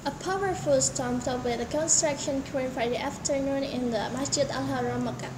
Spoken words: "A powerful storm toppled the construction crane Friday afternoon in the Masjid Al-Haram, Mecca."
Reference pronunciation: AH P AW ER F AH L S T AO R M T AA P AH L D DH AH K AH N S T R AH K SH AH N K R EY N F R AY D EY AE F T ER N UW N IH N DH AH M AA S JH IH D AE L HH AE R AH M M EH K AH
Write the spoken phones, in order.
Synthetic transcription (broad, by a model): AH P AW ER F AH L S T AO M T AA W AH D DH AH K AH N S T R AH K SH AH N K R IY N F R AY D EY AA F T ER N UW N IH N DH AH M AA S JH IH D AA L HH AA R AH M M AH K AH